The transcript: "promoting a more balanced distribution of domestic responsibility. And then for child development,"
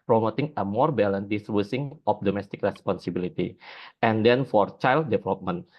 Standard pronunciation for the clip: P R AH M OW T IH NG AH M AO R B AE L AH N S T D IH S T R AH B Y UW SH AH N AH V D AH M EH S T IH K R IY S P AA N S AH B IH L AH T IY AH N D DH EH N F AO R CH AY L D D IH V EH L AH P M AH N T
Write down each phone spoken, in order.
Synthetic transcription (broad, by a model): P R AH M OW T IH NG AH M AO R B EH L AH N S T D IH S T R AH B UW S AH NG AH P D AH M EH S T IH K R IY S P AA N S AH B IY L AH T IY AH N D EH N F AO R CH AY L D D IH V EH L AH P M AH N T